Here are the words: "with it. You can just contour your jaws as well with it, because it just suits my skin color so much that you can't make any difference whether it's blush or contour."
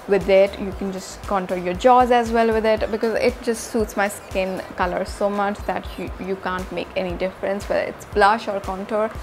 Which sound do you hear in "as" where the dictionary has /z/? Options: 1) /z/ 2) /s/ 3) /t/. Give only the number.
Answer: 1